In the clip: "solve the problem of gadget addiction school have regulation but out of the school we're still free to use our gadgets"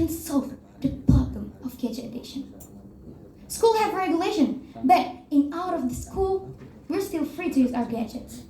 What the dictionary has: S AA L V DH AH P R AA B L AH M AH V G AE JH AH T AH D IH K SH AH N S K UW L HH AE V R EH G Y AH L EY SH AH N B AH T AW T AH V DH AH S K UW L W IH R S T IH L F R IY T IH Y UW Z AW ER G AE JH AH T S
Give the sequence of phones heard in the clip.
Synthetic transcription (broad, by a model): S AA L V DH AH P AA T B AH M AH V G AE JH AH AH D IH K SH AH N S K UW L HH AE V R EH G Y AH L EY SH AH N B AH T AW T AH V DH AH S K UW L W IH R S T IH L F R IY T IH Y UW Z AW ER G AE JH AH T S